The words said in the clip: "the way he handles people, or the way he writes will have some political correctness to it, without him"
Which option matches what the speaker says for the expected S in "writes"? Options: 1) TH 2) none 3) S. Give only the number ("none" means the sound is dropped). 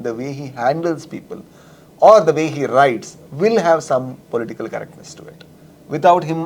3